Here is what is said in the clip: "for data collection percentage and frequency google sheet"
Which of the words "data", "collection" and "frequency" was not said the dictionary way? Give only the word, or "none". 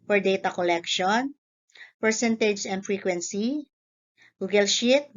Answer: none